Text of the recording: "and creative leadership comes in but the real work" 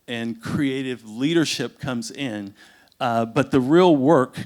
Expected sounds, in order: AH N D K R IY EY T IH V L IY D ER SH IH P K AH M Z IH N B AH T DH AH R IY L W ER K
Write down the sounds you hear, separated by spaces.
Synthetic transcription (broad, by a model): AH N K R IY EY T IH V L IY D ER SH IH P K AH M Z IH N B AH T DH AH R IY L W ER K